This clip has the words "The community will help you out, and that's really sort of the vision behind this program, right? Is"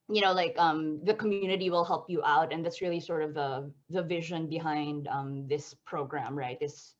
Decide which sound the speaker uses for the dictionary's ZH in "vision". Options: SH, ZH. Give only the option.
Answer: ZH